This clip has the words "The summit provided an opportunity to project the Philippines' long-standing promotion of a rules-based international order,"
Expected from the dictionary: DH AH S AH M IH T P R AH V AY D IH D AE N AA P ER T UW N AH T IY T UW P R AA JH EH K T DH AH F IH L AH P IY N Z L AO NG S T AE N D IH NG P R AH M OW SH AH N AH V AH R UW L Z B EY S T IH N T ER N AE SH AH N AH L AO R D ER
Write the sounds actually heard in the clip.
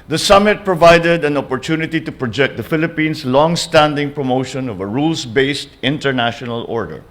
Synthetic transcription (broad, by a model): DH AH S AH M IH T P R AH V AY D IH D AE N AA P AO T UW N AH T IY T UW P R AA JH EH K T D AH F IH L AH P IY N S L AO NG S T AE N D IH NG P R AH M OW SH AH N AH V AH R UW L S B EY S T IH N T ER N AE SH AH N AH L AO R D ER